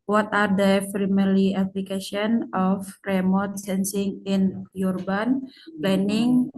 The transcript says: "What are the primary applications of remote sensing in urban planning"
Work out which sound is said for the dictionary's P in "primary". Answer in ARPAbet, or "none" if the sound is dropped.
F